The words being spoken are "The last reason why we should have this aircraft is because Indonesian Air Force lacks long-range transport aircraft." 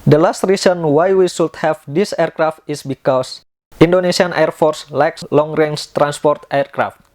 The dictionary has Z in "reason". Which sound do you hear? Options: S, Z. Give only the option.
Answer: S